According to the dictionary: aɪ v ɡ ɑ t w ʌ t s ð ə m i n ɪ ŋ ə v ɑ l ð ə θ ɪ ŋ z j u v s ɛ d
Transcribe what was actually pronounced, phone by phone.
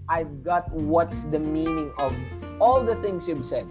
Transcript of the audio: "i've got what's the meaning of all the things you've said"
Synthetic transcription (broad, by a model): aɪ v ɡ ɑ t w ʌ t s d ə m i n ɪ ŋ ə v ɑ l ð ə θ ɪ ŋ s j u b s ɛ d